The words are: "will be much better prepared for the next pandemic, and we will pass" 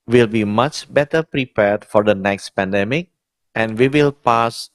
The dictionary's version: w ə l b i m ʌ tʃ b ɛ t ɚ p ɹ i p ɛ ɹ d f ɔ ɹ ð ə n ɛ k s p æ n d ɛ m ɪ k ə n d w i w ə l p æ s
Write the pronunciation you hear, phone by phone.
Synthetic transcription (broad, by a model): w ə l b i m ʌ tʃ b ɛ t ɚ p ɹ i p ɛ ɹ d f ɔ ɹ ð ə n ɛ k s p æ n d ɛ m ɪ k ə n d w i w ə l p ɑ s